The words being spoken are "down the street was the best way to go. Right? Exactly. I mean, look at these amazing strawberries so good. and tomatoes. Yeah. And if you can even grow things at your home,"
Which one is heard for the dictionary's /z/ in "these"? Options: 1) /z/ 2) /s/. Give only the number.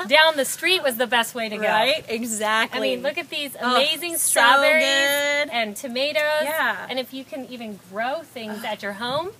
1